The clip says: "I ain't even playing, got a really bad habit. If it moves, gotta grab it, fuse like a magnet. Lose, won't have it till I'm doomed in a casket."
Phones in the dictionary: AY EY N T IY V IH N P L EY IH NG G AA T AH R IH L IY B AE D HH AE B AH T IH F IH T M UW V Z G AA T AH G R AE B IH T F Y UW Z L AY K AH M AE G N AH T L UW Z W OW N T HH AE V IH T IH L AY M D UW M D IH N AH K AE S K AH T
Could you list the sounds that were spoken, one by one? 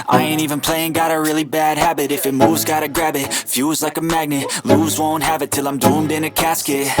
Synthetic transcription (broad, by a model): AY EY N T IY V IH N P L EY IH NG G AA T AH R IH L IY B AE D HH AE B AH T IH F IH T M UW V Z G AA T AH G R AE B IH T F Y UW Z L AY K AH M AE G N AH T L UW Z W OW N T HH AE V IH T IH L AY M D UW M D IH N AH K AE S K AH T